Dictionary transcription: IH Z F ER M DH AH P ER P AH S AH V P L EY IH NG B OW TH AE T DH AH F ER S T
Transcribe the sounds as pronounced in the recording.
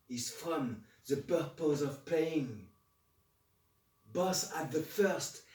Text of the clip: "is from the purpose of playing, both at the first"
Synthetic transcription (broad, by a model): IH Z F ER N DH AH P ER P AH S AH V P EY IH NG B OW S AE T DH AH F ER S T